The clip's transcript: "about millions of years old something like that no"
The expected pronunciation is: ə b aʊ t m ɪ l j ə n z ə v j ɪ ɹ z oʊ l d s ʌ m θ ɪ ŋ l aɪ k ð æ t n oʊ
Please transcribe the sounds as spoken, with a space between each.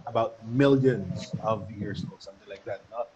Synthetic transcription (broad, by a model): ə b aʊ t m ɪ l j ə n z ə v j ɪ ɹ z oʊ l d s ʌ m θ ɪ ŋ l aɪ k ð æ t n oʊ